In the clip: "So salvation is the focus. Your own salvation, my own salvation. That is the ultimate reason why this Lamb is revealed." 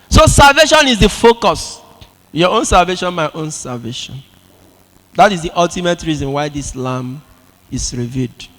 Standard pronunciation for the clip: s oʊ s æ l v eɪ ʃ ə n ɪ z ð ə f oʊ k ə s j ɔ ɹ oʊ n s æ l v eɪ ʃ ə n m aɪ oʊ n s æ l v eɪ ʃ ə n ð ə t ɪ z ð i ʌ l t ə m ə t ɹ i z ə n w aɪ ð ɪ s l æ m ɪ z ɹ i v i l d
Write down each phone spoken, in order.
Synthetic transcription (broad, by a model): s oʊ s æ l v eɪ ʃ ə n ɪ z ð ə f oʊ k ə s j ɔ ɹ oʊ n s æ l v eɪ ʃ ə n m aɪ oʊ n s æ l v eɪ ʃ ə n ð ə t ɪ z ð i ʌ l t ə m ə t ɹ i z ə n w aɪ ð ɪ s l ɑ m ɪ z ɹ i v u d